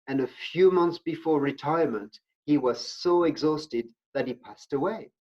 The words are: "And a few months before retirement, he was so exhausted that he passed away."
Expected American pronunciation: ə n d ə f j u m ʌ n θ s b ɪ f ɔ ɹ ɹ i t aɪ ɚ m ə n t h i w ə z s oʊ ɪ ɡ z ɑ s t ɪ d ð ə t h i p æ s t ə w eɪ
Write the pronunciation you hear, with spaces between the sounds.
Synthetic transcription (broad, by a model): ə n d ə f j u m ʌ n θ s b ɪ f ɔ ɹ ɹ i t aɪ ɚ m ə n t h i w ə z s oʊ ɪ ɡ z ɑ s t ɪ d ð ə t h i p æ s t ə w eɪ